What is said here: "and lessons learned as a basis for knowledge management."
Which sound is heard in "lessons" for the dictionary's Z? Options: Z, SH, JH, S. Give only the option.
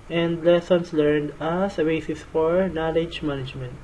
S